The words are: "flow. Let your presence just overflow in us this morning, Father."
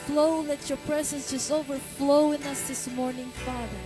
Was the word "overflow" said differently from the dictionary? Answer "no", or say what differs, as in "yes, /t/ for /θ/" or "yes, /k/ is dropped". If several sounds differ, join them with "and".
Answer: no